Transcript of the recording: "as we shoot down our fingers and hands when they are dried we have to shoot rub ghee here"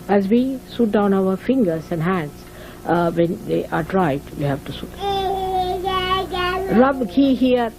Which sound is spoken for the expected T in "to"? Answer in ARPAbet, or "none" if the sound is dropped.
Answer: T